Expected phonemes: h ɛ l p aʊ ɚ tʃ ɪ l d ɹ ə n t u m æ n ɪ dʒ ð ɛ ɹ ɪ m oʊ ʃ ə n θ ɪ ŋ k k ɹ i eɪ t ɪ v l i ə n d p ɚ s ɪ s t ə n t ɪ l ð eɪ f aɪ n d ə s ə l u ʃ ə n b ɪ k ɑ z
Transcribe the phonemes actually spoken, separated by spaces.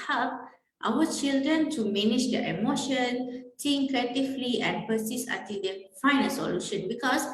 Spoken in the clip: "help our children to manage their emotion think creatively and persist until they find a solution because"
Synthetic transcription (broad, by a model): h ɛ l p aʊ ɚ tʃ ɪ l d ɹ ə n t u m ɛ n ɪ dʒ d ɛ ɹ ɪ m oʊ ʃ ə n t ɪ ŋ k k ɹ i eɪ t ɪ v l i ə n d p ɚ s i s ə t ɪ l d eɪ f aɪ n ə s ə l u ʃ ə n b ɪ k ɑ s